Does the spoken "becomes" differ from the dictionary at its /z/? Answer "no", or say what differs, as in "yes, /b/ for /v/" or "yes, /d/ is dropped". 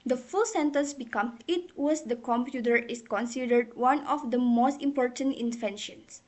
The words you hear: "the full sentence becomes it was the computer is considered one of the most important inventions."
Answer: yes, /z/ is dropped